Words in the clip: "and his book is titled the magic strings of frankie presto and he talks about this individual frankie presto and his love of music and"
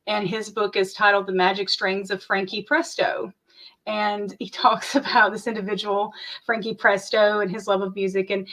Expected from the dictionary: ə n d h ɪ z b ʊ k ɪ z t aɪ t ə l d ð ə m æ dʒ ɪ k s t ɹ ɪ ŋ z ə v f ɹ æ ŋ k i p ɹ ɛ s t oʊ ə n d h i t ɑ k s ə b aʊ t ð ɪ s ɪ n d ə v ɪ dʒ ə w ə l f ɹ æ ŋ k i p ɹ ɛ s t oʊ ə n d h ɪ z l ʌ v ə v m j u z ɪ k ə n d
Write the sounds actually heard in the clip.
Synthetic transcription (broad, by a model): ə n ɪ z b ʊ k ɪ z t aɪ t l d ð ə m æ dʒ ɪ k s t ɹ ɪ ŋ z ə v f ɹ æ ŋ k i p ɹ ɛ s t oʊ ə n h i t ɑ k s ə b aʊ t ð ɪ s ɪ n d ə v ɪ dʒ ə w l f ɹ æ ŋ k i p ɹ ɛ s t oʊ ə n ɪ z l ʌ v ə v m j u z ɪ k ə n